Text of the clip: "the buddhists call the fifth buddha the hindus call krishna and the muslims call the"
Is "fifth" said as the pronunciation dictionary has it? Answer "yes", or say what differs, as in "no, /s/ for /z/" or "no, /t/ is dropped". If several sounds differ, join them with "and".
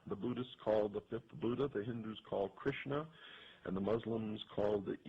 yes